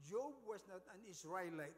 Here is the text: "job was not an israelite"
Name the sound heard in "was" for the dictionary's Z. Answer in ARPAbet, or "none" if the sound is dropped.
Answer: S